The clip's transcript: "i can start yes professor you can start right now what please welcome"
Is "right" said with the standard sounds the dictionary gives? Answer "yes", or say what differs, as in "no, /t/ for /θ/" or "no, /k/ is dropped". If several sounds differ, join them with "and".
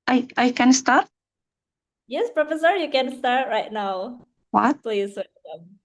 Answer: yes